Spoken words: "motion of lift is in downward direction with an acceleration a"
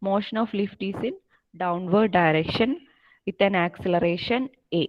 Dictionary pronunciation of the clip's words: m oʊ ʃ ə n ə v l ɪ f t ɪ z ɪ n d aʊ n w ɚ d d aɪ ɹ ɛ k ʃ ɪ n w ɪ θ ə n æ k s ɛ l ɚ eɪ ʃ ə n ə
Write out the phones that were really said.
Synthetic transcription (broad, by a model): m oʊ ʃ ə n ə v l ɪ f t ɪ s ɪ n d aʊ n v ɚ d d aɪ ɹ ɛ k ʃ ɪ n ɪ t ə n æ k s ɛ l ɚ eɪ ʃ ə n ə